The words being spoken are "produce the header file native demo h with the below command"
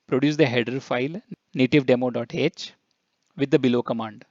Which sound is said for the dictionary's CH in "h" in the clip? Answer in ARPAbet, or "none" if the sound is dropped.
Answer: CH